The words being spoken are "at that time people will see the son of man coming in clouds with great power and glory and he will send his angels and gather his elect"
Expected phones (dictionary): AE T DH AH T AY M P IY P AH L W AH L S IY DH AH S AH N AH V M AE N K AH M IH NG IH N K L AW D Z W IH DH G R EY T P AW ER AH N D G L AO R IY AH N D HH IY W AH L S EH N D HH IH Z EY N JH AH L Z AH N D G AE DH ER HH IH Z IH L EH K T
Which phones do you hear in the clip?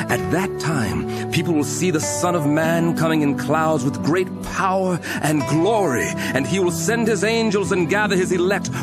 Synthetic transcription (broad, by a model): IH T DH AH T AY M P IY P L W AH L S IY DH AH S AH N AH V M AE N K AH M IH NG IH N K L AW D Z W IH DH G R EY T P AW ER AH N G L AO R IY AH N IY W AH L S EH N D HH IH Z EY N JH AH L Z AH N G AE DH ER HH IH Z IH L EH K T